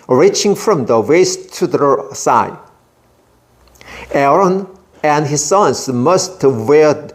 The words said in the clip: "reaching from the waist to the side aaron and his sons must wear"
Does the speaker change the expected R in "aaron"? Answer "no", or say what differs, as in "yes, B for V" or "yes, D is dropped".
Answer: no